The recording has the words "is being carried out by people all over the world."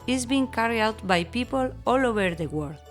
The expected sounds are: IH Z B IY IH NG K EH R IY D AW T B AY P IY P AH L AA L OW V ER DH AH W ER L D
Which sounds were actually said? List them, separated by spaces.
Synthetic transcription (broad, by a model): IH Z B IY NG K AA R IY AW T B AY P IY P AH L AA L OW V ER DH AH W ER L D